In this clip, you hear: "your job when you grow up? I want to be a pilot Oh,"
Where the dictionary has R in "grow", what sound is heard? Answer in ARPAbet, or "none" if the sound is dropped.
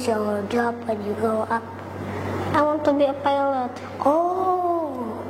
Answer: none